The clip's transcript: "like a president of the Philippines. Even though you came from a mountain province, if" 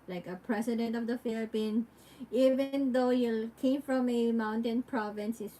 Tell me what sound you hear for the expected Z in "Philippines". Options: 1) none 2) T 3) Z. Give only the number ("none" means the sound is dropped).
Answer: 1